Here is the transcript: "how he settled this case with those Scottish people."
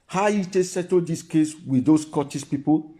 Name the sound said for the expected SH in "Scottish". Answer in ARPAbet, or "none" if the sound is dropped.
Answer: S